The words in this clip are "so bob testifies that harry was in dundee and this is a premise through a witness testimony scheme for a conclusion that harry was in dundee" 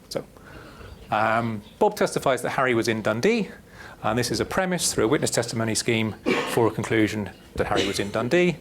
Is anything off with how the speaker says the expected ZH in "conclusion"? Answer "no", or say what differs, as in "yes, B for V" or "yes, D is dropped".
no